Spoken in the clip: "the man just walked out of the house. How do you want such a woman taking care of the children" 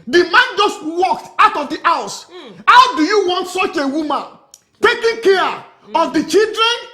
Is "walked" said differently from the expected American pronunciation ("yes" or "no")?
no